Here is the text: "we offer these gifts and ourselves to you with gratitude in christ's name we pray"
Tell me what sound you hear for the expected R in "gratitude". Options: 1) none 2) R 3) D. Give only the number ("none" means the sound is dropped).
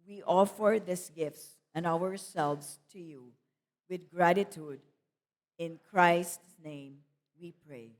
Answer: 2